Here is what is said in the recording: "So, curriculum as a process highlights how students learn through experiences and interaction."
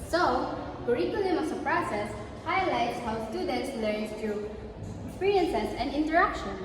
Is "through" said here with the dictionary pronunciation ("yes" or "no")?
no